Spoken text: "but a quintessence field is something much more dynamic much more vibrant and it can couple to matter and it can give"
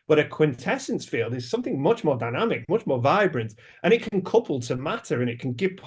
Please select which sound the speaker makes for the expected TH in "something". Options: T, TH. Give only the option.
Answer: TH